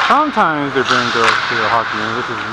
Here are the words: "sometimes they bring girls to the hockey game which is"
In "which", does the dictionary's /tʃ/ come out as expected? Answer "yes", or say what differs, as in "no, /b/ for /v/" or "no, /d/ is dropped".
no, /s/ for /tʃ/